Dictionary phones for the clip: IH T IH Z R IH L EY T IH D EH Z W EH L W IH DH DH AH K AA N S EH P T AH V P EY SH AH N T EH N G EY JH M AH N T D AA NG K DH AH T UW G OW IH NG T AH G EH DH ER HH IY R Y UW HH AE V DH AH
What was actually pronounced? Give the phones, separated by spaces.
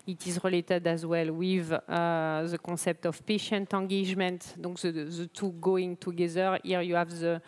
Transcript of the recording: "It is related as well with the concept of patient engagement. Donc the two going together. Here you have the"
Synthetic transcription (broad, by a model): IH T IH Z R IH L EY T IH D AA Z W EH L W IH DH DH AH K AA S EH P T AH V P EY SH AH N T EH G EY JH M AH N T D AA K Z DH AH T UW G OW IH NG T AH G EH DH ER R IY R Y UW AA V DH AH